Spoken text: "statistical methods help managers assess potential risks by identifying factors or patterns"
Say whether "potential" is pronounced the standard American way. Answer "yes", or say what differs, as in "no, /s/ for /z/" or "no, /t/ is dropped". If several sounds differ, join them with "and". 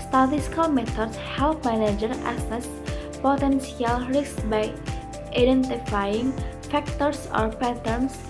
no, /s/ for /ʃ/